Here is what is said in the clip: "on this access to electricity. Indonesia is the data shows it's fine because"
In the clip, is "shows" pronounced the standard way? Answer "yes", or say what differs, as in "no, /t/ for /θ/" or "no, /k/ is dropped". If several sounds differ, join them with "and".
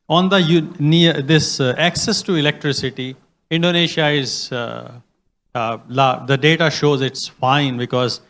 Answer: yes